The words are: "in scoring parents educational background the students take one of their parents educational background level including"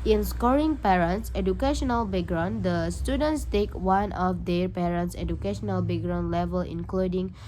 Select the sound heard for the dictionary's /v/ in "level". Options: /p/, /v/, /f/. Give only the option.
/v/